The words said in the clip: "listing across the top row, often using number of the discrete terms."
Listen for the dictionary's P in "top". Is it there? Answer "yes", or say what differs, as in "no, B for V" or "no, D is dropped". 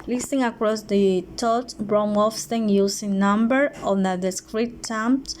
no, B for P